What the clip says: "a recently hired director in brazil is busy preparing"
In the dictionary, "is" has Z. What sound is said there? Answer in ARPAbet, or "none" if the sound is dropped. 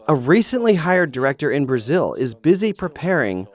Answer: Z